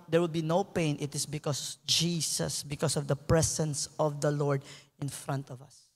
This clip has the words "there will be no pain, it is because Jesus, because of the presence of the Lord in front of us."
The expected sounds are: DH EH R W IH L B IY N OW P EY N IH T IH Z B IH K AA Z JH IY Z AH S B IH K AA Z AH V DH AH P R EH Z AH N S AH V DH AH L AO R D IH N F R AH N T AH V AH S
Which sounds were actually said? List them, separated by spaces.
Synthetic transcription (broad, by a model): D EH R W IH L B IY N OW P EY N IH T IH S B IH K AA S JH IY S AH S B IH K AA S AH V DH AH P R EH S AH N S AH V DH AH L AO R D IH N F R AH N T AH V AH S